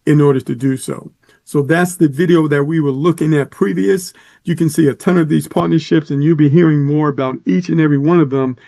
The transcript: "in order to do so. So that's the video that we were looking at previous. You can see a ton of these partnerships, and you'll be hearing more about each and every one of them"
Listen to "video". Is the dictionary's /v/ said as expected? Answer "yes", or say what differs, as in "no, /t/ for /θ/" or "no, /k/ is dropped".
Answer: yes